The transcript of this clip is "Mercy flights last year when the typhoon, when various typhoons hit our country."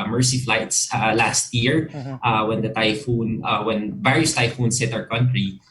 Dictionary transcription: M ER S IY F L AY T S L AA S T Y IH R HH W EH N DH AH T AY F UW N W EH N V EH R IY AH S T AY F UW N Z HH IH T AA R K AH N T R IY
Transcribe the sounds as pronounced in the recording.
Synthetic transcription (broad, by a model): M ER S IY F L AY T S L AA S T Y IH R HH W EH N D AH T AY F UW N W EH N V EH R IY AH S T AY F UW N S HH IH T AA R K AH N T R IY